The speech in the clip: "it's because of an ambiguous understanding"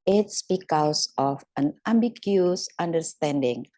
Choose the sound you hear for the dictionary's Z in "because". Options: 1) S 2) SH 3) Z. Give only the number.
1